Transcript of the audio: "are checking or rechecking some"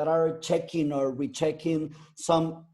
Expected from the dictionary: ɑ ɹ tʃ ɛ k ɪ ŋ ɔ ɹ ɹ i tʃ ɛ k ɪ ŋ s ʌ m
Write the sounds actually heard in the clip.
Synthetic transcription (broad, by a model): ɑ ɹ tʃ ɛ k ɪ ŋ ɔ ɹ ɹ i tʃ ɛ k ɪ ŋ s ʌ m